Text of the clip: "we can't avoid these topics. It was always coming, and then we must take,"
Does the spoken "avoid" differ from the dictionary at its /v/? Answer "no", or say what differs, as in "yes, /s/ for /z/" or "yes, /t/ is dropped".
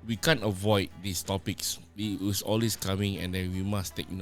no